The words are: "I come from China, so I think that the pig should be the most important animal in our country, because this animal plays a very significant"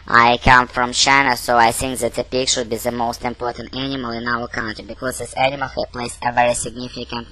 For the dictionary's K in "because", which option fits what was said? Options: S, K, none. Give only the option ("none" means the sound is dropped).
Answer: K